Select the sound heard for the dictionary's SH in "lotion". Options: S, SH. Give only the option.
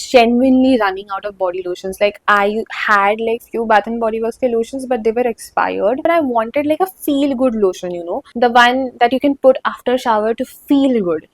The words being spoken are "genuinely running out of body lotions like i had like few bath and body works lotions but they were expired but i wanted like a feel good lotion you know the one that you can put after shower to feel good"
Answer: SH